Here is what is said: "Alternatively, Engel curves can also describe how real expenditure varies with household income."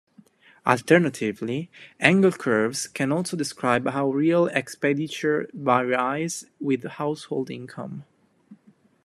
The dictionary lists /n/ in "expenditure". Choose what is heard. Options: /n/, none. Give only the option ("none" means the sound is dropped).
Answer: none